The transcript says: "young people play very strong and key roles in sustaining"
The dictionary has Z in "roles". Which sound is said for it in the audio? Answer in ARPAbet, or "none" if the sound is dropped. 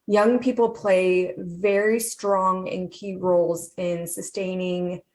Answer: Z